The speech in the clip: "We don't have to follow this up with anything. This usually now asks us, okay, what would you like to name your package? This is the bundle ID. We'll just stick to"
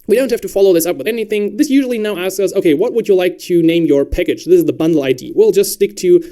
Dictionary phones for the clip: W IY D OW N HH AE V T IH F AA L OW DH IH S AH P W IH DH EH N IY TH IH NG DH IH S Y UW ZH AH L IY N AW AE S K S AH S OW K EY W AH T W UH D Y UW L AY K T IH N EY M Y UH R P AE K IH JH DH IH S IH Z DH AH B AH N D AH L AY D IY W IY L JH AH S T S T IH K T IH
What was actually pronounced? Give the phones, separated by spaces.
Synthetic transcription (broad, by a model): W IY D OW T HH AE F T IH F AA L OW DH IH S AH P W IH DH EH N IY TH IH NG DH IH S Y UW ZH L IY N AW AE S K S AH S OW K EY W AH T W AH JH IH L AY K T IH N EY M Y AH R P AE K IH JH DH IH S IH Z DH AH B AH N D L AY D IY W IY L JH AH S T S T IH K T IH